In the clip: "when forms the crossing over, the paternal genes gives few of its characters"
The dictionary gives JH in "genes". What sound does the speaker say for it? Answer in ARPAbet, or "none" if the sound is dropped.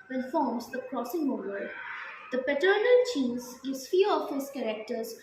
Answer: CH